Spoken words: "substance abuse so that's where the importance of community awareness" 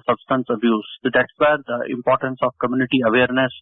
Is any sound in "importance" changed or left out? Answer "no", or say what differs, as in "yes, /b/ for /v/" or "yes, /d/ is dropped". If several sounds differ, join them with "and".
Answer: no